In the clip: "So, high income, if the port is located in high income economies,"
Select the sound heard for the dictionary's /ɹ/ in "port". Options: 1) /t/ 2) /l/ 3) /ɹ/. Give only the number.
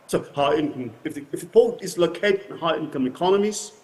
2